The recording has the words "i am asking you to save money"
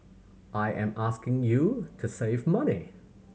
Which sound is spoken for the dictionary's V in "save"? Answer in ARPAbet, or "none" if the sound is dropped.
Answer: V